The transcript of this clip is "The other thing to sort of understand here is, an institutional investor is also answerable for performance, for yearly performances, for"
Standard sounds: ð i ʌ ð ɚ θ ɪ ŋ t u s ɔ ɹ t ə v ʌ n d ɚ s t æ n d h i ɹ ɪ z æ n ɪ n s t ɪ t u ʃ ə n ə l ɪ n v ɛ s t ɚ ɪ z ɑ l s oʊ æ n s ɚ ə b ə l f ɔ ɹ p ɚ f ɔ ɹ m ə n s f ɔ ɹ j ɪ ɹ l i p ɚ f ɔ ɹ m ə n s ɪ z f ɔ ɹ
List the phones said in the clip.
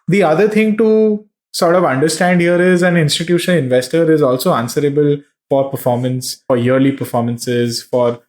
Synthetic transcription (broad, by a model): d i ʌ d ɚ t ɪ ŋ t u s ɔ ɹ t ə v ʌ n d ɚ s t æ n d h i ɹ ɪ z æ n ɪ n s t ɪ t u ʃ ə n ə l ɪ n v ɛ s t ɚ ɪ z ɑ l s oʊ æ n s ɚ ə b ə l f ɔ ɹ p ɚ f ɔ ɹ m ə n s f ɔ ɹ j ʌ ɹ l i p ɚ f ɔ ɹ m ə n s ɪ z f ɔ ɹ